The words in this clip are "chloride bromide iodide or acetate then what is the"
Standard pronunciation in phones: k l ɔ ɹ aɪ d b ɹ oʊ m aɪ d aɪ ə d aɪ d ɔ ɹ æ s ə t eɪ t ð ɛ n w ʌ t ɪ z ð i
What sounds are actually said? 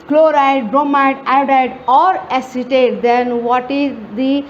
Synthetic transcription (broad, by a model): k l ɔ ɹ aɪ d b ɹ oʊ m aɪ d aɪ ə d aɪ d ɔ ɹ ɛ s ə t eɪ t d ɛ n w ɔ t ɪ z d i